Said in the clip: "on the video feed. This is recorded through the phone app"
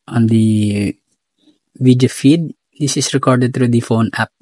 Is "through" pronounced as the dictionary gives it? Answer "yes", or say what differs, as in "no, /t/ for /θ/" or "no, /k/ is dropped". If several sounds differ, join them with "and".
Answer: no, /t/ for /θ/